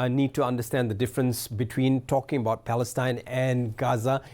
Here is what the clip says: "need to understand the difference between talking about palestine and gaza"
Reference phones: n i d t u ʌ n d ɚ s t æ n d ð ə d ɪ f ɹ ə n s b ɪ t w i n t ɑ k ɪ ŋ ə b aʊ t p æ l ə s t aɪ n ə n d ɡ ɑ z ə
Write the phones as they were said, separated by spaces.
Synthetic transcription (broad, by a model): n i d t u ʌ n d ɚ s t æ n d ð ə d ɪ f ɹ ə n s b ɪ t w i n t ɑ k ɪ ŋ ə b aʊ t p æ l ə s t aɪ n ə n ɡ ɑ z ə